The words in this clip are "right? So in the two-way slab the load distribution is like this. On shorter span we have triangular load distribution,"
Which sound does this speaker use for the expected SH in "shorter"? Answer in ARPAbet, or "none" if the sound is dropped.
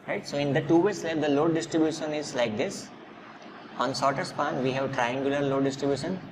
S